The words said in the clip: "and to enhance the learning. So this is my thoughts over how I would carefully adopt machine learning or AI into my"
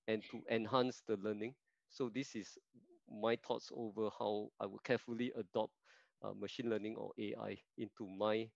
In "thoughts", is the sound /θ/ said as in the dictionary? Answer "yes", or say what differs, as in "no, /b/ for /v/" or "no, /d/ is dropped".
no, /t/ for /θ/